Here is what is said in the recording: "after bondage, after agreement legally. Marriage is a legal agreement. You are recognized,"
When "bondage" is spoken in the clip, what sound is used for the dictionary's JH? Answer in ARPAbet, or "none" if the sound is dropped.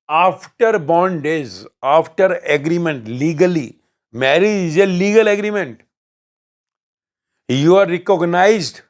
Z